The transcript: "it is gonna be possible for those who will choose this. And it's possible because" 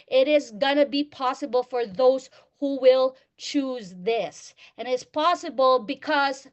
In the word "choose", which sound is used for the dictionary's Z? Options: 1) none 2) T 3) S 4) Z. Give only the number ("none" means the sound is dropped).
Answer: 4